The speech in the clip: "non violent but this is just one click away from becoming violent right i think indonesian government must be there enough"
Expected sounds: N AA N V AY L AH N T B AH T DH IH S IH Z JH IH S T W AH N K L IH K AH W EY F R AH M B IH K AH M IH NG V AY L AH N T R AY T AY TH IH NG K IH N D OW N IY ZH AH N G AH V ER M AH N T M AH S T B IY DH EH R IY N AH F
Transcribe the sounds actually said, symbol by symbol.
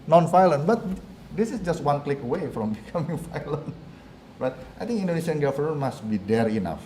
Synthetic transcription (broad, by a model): N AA N F AY L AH N B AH T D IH S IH S JH IH S T W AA N K L IH K AH W EY F R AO M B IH K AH M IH NG F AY L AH N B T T AY T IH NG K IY N D OW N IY S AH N G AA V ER AH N M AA S T B IY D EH R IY N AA F